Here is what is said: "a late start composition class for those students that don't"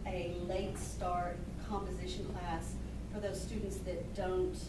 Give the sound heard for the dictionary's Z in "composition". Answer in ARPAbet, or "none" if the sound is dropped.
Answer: Z